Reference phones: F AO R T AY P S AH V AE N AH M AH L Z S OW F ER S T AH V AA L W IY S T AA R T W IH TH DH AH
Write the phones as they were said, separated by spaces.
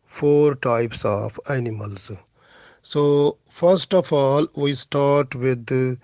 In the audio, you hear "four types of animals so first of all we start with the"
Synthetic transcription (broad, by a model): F AO R T AY P S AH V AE N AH M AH L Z S OW F ER S T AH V AA L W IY S T AA R T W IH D